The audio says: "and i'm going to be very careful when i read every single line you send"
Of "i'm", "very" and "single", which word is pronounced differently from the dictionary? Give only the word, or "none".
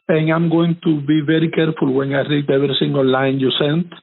single